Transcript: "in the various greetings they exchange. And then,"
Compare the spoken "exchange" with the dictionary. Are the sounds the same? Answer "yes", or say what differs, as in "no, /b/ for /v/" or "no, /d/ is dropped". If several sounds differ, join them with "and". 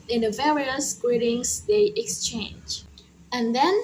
yes